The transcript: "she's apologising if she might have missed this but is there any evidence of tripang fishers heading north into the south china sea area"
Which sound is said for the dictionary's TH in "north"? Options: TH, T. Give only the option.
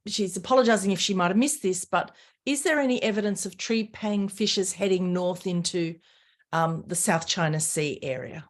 TH